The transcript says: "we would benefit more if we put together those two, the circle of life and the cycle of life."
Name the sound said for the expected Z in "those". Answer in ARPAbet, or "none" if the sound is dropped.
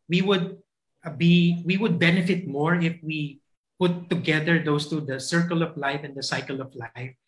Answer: S